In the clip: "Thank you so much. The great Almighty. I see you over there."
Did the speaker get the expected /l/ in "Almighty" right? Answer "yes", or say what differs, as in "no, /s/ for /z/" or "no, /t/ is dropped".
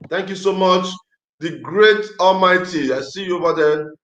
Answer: yes